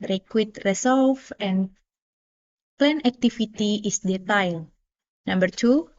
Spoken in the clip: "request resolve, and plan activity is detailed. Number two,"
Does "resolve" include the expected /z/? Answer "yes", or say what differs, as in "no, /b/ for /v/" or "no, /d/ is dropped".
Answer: no, /s/ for /z/